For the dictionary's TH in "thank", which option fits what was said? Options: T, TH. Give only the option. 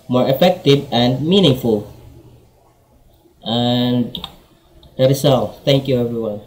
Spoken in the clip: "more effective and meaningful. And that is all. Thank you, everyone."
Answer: T